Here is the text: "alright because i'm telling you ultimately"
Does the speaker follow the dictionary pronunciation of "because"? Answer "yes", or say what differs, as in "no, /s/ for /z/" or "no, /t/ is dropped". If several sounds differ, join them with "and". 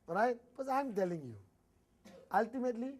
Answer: no, /z/ is dropped